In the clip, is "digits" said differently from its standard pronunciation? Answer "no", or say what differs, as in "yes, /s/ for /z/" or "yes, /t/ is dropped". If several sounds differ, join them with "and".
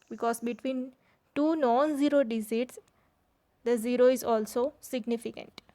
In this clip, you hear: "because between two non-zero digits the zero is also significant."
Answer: yes, /z/ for /dʒ/